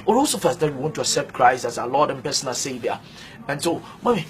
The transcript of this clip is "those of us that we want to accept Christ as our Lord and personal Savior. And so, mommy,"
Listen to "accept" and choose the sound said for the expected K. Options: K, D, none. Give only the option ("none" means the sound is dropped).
K